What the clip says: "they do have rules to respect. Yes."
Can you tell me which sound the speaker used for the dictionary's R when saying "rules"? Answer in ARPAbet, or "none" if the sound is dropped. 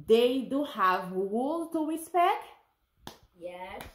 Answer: W